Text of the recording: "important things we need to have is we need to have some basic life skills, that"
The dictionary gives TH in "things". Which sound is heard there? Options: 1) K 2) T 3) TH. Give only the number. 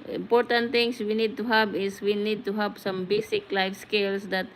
2